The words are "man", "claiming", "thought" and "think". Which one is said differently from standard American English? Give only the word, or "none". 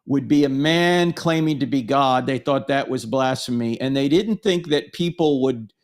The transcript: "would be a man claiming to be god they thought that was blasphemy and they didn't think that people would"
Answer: none